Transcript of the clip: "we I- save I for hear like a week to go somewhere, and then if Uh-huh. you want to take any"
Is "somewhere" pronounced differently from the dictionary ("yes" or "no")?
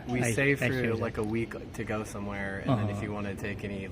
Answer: no